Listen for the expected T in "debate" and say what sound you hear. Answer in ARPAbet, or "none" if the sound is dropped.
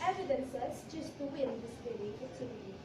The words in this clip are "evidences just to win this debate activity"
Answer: none